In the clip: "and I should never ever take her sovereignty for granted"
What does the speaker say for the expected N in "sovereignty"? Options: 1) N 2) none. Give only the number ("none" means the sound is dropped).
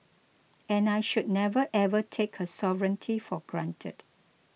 1